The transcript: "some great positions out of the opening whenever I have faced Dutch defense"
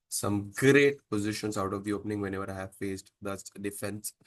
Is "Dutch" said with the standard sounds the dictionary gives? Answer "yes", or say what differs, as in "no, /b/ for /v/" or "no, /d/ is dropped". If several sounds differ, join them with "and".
no, /s/ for /tʃ/